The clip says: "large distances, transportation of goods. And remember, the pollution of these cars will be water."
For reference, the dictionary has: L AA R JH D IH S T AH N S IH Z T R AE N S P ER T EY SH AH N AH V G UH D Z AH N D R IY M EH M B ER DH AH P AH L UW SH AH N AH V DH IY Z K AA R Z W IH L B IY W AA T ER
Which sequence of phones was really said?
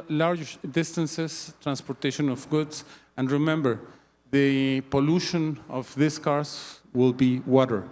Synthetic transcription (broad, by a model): L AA R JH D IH S T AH N S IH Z T R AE N S P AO T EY SH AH N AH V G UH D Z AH N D R IY M EH M B ER DH AH P AH L UW SH AH N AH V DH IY S K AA R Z W IH L B IY W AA T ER